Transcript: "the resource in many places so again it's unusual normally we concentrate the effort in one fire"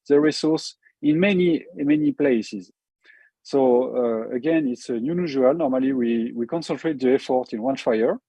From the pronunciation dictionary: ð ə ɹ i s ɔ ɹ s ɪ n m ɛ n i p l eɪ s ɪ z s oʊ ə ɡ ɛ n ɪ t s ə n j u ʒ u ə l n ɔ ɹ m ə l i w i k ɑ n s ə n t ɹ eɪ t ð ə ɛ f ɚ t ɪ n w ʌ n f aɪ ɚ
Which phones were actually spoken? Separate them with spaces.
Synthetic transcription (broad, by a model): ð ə ɹ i s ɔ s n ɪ n m ɛ n i p l eɪ s ɪ z s oʊ ə ɡ ɛ n ɪ t s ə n j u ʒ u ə l n ɔ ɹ m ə l i w i k ɑ n s ə n t ɹ eɪ t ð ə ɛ f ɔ t ɪ n w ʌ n f aɪ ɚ